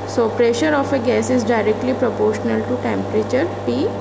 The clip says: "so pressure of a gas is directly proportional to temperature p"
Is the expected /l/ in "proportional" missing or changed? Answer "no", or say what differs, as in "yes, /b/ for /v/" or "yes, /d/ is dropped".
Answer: no